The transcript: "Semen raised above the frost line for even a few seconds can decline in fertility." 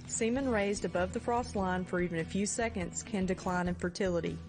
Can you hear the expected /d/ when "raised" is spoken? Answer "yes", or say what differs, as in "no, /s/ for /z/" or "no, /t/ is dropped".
yes